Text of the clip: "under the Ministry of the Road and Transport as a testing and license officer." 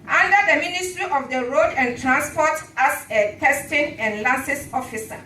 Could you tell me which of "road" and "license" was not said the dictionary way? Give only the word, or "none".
license